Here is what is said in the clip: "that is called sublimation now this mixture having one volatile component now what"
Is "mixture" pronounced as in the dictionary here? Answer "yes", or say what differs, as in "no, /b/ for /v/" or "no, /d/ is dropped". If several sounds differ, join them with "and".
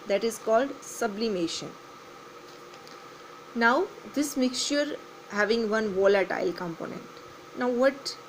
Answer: no, /ʃ/ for /tʃ/